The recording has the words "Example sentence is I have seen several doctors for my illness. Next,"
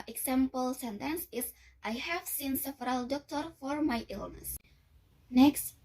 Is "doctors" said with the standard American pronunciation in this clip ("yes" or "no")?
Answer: no